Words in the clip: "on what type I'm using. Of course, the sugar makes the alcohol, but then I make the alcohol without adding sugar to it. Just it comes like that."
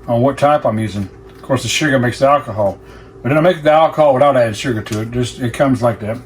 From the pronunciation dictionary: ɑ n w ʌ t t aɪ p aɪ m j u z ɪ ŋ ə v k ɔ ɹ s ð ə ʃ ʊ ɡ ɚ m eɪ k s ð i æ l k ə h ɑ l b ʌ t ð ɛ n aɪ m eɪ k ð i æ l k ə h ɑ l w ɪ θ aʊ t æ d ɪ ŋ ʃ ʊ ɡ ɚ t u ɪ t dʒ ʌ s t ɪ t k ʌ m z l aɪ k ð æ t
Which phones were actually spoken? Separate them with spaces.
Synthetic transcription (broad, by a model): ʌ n w ʌ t t aɪ p aɪ m j u z ɪ ŋ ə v k ɔ ɹ s ð ə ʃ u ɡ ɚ m eɪ k s ð i æ l k ə h ɑ l b ʌ t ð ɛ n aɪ m eɪ k ð i æ l k ə h ɑ l w ɪ θ aʊ t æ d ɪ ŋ ʃ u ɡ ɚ t u ɪ t dʒ ʌ s t ɪ t k ʌ m z l aɪ k ð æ t